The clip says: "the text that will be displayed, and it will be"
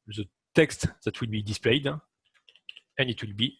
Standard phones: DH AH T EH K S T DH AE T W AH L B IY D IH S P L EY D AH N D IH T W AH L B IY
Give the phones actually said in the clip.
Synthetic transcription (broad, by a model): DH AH T EH K S T DH AE T W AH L B IY D IH S P L EY D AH N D IH T W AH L B IY